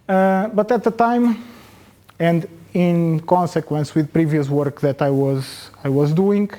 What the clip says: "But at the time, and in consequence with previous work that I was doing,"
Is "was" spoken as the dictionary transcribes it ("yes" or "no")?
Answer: yes